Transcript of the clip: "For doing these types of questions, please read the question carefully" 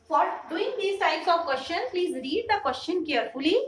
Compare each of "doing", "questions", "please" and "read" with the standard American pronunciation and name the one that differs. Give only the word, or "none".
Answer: questions